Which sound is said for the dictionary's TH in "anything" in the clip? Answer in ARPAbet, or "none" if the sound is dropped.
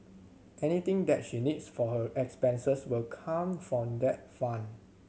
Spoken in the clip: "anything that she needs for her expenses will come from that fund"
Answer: T